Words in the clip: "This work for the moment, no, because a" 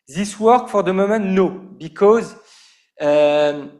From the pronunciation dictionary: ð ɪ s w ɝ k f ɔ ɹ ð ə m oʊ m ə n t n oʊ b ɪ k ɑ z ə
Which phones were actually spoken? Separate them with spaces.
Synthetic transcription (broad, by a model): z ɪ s w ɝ k f ɔ ɹ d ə m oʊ m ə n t n oʊ b ɪ k ɑ z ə